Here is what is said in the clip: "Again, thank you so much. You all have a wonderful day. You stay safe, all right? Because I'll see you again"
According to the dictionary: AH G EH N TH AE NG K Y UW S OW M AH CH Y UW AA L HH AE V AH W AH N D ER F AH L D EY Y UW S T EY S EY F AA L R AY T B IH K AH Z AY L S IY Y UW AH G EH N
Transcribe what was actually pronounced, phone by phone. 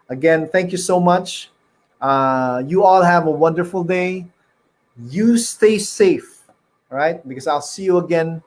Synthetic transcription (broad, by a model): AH G EH N TH AE NG K Y UW S OW M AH CH Y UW AA L HH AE V AH W AH N D ER F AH L D EY Y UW S T EY S EY F R AY T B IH K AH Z AY L S IY Y UW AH G EH N